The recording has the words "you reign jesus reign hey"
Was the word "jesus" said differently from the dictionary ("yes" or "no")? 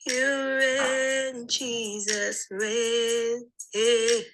no